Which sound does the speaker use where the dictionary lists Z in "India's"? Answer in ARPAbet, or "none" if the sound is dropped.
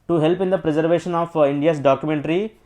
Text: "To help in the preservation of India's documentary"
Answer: S